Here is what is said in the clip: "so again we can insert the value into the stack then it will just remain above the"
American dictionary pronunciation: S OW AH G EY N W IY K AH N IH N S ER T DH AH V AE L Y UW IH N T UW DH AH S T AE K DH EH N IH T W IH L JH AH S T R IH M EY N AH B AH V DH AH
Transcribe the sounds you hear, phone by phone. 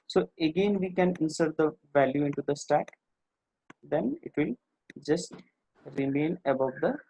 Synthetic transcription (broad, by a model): S OW AH G EY N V IY K AH N IH N S ER T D AH V AE L Y UW IH N T UW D AH S T AE K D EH N IH T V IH L JH AH S T R IH M EY N AH B AH V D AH